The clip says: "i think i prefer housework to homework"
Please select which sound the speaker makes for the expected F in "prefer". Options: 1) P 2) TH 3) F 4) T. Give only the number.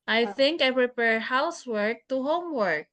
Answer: 1